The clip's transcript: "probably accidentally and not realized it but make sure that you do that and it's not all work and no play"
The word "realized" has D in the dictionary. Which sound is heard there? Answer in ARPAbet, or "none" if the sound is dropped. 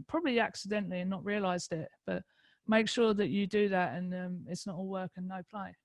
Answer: D